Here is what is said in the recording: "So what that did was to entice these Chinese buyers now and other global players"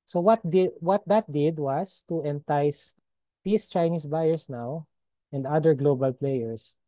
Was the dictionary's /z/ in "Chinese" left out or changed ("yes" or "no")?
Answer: yes